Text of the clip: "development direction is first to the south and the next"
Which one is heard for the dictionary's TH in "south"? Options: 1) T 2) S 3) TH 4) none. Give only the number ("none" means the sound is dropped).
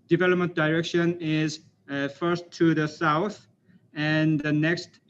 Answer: 3